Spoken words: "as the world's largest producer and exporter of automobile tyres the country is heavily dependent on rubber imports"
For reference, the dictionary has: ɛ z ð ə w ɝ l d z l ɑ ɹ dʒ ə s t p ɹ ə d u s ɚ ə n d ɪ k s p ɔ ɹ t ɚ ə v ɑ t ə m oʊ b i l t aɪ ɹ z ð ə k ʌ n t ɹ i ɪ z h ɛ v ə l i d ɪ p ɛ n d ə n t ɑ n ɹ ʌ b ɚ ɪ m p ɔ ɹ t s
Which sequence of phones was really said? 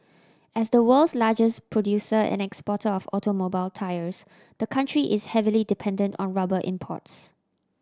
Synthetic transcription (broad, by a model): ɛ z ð ə w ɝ l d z l ɑ dʒ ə s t p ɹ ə d u s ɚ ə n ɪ k s p ɔ t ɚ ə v ɑ t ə m oʊ b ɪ l t aɪ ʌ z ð ə k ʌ n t ɹ i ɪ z h ɛ v ə l i d ɪ p ɛ n d ə n t ɑ n ɹ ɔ b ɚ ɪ m p ɔ t s